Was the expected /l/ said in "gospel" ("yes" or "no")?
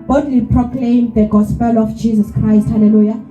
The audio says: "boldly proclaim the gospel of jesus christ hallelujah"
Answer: yes